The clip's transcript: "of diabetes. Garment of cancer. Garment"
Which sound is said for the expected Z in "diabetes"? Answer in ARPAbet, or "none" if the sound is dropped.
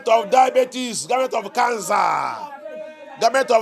S